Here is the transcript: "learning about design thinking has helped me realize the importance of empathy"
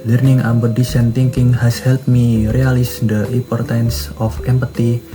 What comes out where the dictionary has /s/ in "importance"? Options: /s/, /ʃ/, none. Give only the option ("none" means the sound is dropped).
/s/